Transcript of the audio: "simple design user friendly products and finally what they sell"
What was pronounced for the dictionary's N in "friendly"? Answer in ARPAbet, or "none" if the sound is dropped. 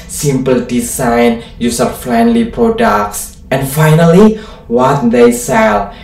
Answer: N